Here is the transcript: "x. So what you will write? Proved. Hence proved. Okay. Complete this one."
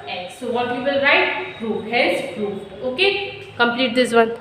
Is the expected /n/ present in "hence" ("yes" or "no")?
no